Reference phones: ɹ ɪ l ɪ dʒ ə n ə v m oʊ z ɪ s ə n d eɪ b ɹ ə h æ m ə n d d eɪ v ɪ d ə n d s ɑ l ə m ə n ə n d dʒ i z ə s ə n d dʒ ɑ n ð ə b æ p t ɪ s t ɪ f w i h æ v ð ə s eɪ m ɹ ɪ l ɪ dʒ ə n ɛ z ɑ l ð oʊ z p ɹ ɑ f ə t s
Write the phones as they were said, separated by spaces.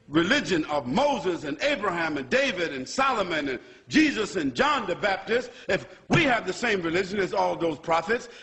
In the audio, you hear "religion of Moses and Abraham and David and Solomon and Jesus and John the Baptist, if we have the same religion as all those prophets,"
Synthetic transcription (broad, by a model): ɹ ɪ l ɪ dʒ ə n ə v m oʊ z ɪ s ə n eɪ b ɹ ə h æ m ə n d d eɪ v ɪ d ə n s ɑ l ə m ə n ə n dʒ i z ə s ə n dʒ ɑ n ð ə b æ p t ɪ s t ɪ f w i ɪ v ð ə s eɪ m ɹ ɪ l ɪ dʒ ə n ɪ z ɑ l ð oʊ z p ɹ ɑ f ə t s